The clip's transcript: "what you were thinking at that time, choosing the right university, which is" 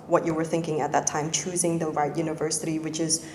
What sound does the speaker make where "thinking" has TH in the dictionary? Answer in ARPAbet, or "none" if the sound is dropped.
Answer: TH